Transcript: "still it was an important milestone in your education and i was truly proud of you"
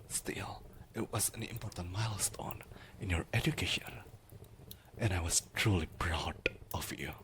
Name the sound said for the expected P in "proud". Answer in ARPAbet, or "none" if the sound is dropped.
B